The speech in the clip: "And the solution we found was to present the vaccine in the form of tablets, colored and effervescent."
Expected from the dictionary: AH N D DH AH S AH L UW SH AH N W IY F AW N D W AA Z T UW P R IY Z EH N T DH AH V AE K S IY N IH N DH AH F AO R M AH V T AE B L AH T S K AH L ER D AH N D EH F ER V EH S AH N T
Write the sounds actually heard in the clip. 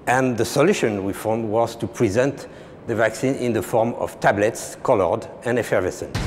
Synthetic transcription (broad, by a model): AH N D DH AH S AH L UW SH AH N W IY F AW N D W AA Z T UW P R IY Z EH N T DH AH V AE K S IY N IH N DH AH F AO R M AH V T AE B L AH T S K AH L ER D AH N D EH F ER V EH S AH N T